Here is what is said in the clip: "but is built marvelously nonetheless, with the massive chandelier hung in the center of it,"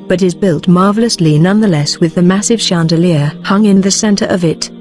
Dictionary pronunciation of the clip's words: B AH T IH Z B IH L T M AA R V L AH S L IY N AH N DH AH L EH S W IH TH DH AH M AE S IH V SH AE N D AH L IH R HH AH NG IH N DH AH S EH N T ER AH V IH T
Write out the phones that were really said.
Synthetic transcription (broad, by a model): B AH T IH Z B IH L T M AA R V L AH S L IY N AH N DH AH L EH S W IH DH AH M AE S IH V SH AE N D AH L IH R HH AH NG IH N DH AH S EH N T ER AH V IH T